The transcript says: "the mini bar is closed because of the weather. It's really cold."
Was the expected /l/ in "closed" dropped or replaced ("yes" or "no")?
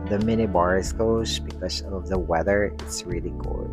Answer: yes